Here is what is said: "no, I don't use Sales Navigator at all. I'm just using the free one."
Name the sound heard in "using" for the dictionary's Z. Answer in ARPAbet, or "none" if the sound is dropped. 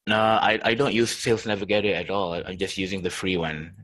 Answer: Z